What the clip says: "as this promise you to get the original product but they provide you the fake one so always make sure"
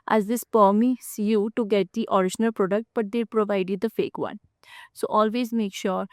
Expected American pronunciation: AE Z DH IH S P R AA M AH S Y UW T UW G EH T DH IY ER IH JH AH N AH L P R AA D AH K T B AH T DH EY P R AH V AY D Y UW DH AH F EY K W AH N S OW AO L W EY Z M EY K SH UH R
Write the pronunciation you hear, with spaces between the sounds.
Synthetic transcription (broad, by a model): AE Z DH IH S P AA M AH S Y UW T UW G EH T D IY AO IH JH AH N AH L P R AA D AH K T B AH T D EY P R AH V AY D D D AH F EY K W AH N S OW AO L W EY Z M EY K SH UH R